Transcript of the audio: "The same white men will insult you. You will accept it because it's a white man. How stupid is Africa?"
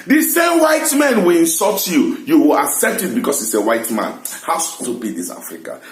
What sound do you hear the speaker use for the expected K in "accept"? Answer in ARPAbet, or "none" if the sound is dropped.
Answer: K